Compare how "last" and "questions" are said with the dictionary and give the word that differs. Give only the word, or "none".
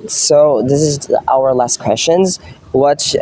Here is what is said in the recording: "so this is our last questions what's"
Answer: none